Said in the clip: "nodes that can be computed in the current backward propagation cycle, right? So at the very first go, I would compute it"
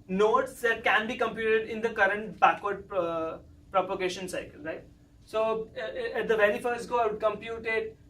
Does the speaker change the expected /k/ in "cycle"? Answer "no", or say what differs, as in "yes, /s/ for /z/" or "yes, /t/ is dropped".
no